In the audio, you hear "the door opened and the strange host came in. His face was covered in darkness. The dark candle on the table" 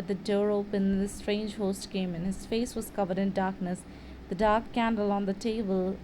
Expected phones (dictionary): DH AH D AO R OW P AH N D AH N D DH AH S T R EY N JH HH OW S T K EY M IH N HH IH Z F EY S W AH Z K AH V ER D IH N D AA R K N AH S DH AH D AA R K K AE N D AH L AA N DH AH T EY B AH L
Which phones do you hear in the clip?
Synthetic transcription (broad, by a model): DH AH D AO R OW AH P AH N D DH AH S T R EY N JH HH OW S T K EY M IH N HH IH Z F EY S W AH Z K AH V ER D IH N D AA R K N AH S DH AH D AA R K K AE N D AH L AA N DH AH T EY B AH L